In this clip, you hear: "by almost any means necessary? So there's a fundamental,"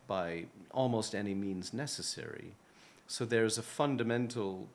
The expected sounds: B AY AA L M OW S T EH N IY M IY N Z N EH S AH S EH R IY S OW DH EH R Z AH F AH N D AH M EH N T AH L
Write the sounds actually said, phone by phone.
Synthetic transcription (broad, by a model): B AY AA L M OW S T EH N IY M IY N Z N EH S AH S EH R IY S OW DH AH R Z AH F AH N D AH M EH N T L